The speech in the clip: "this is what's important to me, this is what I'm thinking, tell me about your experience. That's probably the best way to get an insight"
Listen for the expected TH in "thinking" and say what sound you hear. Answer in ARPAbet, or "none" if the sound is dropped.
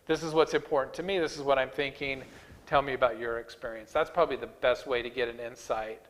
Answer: TH